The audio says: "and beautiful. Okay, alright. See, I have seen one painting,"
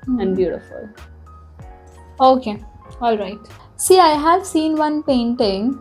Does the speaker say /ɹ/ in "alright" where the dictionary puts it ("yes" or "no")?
yes